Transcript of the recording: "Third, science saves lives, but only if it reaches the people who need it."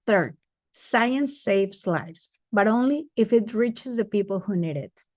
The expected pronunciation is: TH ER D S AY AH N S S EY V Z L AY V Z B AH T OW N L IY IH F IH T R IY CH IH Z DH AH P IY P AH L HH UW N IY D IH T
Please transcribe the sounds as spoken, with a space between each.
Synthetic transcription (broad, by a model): TH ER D S AY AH N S S EY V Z L AY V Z B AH T OW N L IY IH F IH T R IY CH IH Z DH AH P IY P AH L HH UW N IY D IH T